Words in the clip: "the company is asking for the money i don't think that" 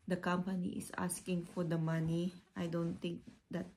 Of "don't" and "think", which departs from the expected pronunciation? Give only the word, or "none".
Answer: think